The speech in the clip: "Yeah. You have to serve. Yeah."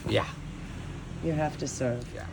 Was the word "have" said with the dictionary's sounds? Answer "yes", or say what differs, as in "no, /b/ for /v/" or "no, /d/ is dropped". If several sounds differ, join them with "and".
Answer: no, /f/ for /v/